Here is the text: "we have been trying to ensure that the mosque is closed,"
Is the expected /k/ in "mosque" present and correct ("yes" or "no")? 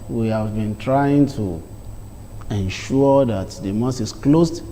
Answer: no